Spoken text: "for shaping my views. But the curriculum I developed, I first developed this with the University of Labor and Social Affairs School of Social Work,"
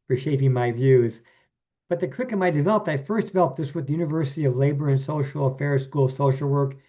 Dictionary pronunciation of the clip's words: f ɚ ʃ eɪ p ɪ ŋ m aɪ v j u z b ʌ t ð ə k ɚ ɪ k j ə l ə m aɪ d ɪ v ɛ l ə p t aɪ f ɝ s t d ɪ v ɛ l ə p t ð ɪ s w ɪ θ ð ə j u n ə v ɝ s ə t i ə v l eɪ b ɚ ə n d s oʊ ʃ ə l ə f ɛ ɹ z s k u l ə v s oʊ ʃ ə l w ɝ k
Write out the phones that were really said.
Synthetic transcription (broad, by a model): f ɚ ʃ eɪ p ɪ ŋ m aɪ v j u z b ʌ t ð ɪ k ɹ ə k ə m aɪ d ɪ v ɛ l ə p t aɪ f ɝ s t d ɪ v ɛ l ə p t ð ɪ s w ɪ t ð ə j u n ə v ɝ s ə t i ə v l eɪ b ɚ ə n s oʊ ʃ l ə f ɛ ɹ z s k u l ə v s oʊ ʃ l w ɝ k